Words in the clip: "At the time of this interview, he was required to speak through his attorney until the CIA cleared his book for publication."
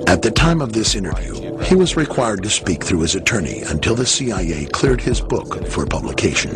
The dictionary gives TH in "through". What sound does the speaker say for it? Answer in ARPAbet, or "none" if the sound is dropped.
TH